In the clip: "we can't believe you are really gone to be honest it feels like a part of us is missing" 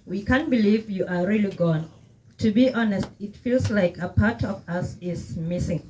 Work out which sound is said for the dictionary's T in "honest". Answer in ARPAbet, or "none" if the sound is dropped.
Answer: T